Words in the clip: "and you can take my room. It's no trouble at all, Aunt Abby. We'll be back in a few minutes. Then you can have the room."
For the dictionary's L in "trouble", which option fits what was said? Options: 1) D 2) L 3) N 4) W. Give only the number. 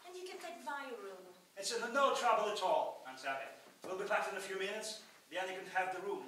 2